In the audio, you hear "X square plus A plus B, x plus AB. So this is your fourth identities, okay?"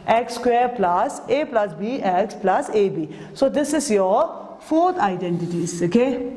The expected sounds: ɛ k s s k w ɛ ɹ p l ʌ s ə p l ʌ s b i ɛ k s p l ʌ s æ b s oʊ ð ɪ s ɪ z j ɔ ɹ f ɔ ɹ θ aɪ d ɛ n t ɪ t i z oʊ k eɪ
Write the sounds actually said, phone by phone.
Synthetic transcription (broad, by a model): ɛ k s s k w ɛ ɹ p l ʌ s ə p l ʌ s b i ɛ k s p l ʌ s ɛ b s oʊ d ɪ s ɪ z j ɔ ɹ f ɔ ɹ t aɪ d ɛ n t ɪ t i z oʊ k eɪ